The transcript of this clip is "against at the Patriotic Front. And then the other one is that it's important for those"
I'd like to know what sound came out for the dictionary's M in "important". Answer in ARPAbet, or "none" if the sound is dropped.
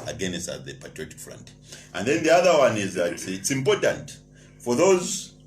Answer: M